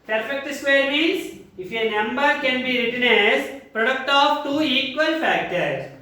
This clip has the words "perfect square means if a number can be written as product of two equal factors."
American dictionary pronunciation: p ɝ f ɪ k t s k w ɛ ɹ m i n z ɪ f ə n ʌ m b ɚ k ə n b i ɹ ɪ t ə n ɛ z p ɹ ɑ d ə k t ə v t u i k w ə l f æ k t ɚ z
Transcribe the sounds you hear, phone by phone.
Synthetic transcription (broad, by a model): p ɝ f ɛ k t s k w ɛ ɹ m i z ɪ f ə n ʌ m b ɚ k ə n b i ɹ ɪ t ə n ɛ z p ɹ ɑ d ə k t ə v t u i k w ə l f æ k t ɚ